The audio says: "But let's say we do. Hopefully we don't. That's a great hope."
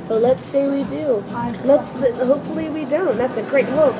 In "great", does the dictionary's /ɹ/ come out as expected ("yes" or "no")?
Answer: yes